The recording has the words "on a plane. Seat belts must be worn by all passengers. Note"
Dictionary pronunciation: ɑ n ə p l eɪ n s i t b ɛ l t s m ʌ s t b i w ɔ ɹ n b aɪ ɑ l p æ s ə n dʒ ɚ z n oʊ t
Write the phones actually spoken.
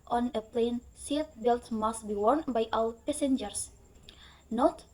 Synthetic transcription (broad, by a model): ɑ n ə p l eɪ n s i t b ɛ l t m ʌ s t b i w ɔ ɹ n b aɪ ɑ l p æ s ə n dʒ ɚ s n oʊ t